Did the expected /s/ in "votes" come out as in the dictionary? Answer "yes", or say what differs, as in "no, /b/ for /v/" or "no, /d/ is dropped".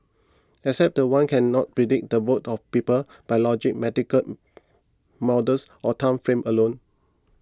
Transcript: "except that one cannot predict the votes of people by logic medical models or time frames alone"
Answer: no, /s/ is dropped